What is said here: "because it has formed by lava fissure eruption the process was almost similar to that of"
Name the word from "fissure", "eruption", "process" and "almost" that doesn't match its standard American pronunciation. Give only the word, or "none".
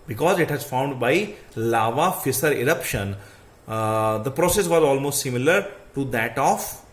fissure